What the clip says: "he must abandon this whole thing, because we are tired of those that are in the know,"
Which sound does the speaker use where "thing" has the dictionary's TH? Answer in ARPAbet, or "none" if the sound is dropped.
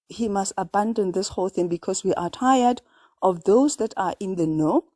TH